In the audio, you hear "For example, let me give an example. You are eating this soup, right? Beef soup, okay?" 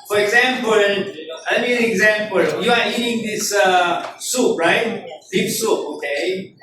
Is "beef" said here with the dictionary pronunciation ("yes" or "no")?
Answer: no